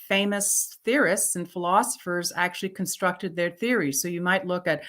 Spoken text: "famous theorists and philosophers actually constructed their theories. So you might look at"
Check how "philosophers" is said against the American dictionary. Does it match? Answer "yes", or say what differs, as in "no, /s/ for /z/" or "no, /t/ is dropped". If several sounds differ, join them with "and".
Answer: yes